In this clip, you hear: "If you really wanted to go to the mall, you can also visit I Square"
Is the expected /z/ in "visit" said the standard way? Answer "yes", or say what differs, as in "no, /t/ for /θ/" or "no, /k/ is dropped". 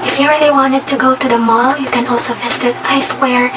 no, /s/ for /z/